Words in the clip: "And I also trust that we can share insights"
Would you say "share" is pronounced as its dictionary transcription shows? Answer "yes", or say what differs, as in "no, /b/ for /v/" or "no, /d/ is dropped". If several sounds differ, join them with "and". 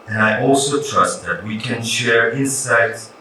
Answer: yes